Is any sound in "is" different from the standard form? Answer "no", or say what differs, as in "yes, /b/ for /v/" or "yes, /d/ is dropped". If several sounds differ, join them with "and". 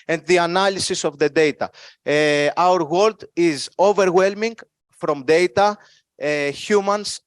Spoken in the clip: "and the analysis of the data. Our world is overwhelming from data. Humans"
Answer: no